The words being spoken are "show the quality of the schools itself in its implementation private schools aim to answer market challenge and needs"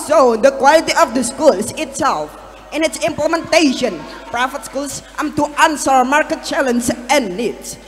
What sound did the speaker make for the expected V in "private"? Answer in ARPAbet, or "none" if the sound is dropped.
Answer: F